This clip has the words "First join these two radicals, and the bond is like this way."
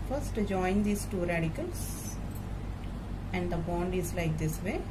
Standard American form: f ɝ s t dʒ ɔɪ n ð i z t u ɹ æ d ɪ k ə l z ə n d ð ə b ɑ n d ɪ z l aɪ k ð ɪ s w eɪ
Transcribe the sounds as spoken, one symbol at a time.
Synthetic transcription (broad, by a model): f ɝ s t dʒ ɔɪ n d i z t u ɹ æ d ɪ k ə l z ə n d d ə b ɑ n d ɪ z l aɪ k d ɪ s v eɪ